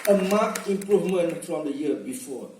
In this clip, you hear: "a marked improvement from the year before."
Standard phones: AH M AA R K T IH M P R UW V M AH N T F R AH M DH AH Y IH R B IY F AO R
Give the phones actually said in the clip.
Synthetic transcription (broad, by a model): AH M AA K IH M P R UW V M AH N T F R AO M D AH Y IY B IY F AO